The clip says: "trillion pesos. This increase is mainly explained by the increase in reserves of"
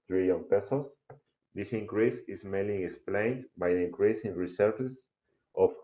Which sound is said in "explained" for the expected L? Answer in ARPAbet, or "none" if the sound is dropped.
L